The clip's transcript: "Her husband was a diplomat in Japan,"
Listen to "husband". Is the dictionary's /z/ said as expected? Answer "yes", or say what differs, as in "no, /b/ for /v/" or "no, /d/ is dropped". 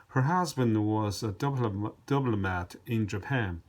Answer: yes